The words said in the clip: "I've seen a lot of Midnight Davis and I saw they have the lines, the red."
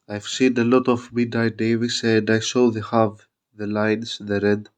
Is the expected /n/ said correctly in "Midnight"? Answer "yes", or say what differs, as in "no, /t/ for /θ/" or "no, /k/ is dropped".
no, /n/ is dropped